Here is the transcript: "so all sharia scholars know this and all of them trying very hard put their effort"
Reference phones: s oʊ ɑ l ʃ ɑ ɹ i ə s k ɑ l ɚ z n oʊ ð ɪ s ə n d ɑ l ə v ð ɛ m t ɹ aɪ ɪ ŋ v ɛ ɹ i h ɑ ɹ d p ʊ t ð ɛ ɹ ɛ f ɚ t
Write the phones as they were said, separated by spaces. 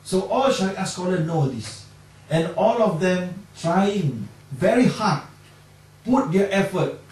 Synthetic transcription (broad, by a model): s oʊ ɑ l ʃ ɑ i s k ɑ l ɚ n oʊ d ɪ s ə n ɑ l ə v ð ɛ m t ɹ aɪ ɪ ŋ v ɛ ɹ i h ɑ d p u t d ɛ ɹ ɛ f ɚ t